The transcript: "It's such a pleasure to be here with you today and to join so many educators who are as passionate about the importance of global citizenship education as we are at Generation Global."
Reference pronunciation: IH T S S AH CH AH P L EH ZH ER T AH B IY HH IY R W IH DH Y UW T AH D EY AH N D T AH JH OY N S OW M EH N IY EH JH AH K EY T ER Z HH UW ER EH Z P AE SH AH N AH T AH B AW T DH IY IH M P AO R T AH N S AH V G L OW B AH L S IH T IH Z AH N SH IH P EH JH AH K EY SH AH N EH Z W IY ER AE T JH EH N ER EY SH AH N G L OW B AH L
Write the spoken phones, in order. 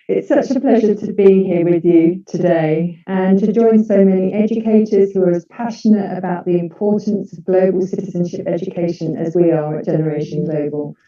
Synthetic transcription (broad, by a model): IH T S S AH CH AH P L EH ZH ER T AH B IY HH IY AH W IH DH Y UW T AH D EY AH N T AH JH OY N S OW M EH N IY EH JH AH K EY T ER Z HH UW ER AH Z P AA SH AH N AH T AH B AW T DH IY IH M P AO T N S AH V G L OW B AH L S IH T IH Z AH N SH IH P EH JH AH K EY SH AH N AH Z W IY ER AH T JH EH N ER EY SH AH N G L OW B AH L